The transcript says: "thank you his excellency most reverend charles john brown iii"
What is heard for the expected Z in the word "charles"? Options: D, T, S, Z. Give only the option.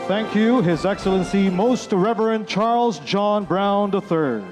Z